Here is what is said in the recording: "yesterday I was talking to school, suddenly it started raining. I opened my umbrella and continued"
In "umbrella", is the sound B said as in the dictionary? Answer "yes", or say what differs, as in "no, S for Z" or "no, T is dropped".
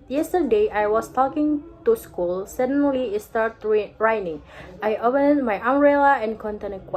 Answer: no, B is dropped